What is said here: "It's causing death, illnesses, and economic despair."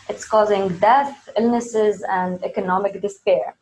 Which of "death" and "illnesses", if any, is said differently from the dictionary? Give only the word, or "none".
none